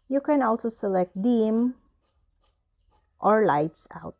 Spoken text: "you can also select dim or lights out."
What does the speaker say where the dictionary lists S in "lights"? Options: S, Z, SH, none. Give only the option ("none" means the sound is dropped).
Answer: S